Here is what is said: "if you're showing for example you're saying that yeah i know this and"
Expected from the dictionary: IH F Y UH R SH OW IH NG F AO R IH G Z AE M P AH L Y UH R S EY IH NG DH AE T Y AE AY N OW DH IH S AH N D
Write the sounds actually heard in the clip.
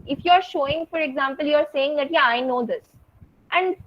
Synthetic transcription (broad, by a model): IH F Y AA R SH OW IH NG F AO R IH G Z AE M P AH L Y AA R S EY IH NG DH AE T Y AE AY N OW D IH S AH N D